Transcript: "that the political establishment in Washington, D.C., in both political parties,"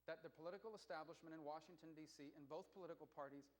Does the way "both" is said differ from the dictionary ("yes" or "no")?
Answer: no